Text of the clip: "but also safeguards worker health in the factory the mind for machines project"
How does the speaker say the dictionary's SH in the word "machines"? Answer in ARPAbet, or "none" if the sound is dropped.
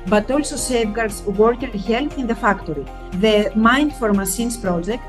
S